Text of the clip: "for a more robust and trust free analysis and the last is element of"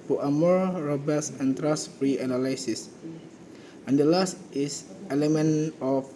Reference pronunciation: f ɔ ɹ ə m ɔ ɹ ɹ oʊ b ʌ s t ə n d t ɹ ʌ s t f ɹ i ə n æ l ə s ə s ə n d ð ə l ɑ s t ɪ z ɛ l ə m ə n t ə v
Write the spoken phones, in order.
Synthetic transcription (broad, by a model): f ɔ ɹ ə m ɔ ɹ ɹ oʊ b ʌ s ə n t ɹ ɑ s f ɹ i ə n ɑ l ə s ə s ə n d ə l ɑ s t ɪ s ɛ l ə m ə n ə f